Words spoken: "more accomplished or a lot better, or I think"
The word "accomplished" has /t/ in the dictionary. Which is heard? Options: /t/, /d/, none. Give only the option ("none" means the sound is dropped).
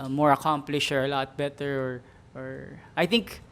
none